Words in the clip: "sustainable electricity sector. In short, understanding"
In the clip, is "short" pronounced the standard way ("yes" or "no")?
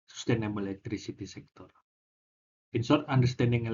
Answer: no